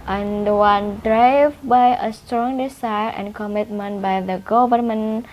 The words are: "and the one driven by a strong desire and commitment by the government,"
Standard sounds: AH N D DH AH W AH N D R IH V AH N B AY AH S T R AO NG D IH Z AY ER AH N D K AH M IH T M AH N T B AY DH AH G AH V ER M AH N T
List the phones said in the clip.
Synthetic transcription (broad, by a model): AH N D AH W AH N D R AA AH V B AY AH S T R AO NG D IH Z AY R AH N K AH M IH T M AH N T B AY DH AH G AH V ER M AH N